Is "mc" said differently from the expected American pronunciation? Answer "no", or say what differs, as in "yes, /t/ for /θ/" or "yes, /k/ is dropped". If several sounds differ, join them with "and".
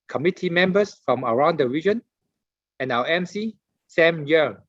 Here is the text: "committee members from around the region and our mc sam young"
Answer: no